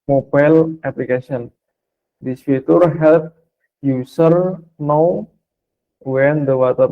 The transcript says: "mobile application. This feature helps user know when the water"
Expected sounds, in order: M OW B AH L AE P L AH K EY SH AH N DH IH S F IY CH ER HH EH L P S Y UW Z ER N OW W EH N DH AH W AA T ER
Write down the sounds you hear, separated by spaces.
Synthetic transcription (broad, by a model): M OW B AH L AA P L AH K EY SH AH N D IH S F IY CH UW HH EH L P Y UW S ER N OW W EH N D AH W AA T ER